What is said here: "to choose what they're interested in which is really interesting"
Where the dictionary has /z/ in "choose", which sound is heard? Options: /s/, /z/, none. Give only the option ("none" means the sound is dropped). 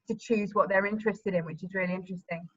/z/